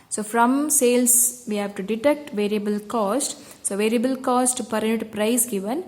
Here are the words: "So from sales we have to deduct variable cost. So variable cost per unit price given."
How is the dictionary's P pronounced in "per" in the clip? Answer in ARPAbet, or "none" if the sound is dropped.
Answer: P